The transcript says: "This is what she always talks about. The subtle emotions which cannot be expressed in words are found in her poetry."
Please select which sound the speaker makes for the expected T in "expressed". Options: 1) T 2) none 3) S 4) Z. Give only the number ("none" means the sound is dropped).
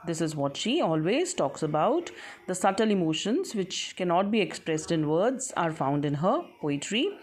1